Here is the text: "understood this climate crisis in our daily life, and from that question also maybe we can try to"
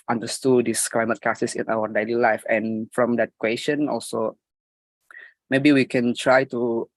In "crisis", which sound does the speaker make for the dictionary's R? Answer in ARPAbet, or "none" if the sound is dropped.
none